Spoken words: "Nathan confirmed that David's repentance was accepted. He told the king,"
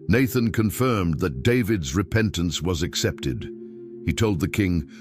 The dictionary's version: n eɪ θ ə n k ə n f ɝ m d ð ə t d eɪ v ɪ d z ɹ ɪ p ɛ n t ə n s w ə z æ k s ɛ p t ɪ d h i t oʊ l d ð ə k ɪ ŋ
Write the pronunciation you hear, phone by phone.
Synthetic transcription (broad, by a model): n eɪ θ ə n k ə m f ɝ m ð ə t d eɪ v ɪ d z ɹ ɪ p ɛ n t ə n s w ə z æ k s ɛ p t ɪ d h i t oʊ l d ð ə k ɪ ŋ